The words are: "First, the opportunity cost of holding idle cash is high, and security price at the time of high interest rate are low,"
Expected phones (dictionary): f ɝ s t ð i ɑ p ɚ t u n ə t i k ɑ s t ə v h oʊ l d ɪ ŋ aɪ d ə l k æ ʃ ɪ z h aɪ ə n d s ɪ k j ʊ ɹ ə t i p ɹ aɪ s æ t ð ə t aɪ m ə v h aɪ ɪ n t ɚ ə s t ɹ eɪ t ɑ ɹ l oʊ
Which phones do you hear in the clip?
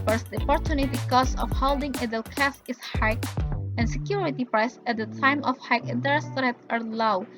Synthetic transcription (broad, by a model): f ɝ s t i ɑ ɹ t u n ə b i k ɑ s ə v h oʊ l d ɪ ŋ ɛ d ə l k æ s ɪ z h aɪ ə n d s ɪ k j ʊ ɹ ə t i p ɹ aɪ s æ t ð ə t aɪ m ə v h aɪ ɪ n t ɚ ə s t ɹ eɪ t ɑ ɹ l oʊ